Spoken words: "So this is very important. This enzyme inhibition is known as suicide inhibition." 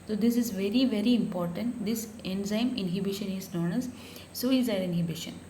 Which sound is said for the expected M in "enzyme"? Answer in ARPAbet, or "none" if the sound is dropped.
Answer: M